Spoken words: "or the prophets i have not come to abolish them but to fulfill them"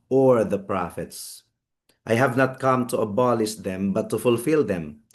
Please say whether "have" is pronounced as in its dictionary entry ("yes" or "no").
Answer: yes